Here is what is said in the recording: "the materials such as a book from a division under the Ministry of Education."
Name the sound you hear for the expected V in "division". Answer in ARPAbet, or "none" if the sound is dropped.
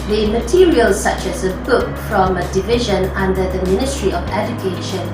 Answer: V